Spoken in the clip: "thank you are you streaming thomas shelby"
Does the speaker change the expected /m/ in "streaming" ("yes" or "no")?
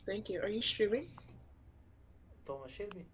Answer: yes